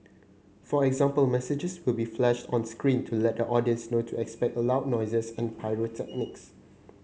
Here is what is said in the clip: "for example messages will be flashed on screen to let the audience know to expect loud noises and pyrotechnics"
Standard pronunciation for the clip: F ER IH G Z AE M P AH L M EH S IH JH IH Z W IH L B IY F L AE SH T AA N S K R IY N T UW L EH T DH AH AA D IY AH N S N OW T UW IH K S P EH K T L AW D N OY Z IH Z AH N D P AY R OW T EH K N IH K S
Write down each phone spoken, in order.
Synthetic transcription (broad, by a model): F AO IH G Z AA M P AH L M EH S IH JH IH S W IH L B IY F L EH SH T AA N S K R IY N T UW L EH T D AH AA D IY AH N S N OW T UW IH K S P EH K T L AW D N OY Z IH S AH N P AY R OW T EH K N IH K S